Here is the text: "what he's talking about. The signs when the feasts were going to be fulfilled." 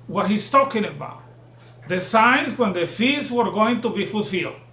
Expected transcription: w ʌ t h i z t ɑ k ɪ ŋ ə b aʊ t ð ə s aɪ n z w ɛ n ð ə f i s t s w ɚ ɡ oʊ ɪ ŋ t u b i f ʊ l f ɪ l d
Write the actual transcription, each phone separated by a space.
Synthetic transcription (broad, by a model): w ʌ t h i s t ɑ k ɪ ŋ ə b aʊ t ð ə s aɪ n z w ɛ n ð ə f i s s w ɚ ɡ oʊ ɪ ŋ t u b i f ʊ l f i l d